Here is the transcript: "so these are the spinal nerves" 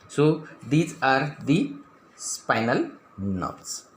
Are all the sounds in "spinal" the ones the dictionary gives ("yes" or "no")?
yes